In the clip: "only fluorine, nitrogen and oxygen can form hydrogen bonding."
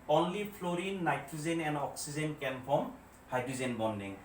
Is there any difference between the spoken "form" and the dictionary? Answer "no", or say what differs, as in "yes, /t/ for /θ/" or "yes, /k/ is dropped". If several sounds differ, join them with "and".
yes, /p/ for /f/